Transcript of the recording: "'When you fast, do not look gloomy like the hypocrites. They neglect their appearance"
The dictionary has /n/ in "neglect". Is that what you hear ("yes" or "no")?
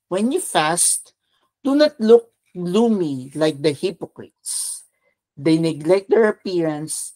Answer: yes